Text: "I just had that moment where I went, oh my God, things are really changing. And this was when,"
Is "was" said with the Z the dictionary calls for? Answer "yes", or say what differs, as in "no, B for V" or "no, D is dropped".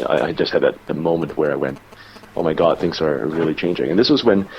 yes